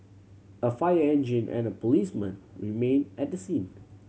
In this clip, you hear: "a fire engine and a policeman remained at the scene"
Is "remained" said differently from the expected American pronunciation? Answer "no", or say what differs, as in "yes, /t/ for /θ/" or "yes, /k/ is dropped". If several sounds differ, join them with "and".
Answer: yes, /d/ is dropped